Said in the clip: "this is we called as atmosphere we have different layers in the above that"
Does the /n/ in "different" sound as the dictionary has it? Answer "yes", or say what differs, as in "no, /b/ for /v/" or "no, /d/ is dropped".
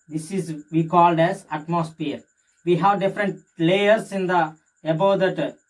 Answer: yes